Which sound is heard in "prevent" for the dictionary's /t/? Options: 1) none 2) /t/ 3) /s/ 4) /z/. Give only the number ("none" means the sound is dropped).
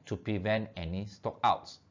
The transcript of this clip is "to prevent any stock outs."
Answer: 2